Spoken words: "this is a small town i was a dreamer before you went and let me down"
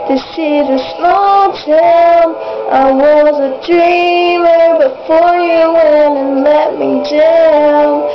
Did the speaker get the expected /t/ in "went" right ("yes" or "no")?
no